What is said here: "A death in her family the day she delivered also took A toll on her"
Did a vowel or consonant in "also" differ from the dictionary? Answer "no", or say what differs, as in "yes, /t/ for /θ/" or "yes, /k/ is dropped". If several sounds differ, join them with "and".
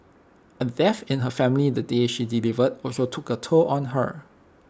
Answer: yes, /l/ is dropped